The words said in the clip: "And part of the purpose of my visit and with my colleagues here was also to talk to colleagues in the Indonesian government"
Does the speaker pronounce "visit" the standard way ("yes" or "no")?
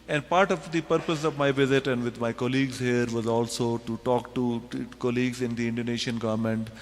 yes